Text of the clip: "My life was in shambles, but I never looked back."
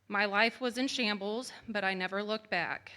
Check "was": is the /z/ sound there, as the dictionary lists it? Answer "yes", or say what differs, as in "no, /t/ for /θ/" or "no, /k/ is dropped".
yes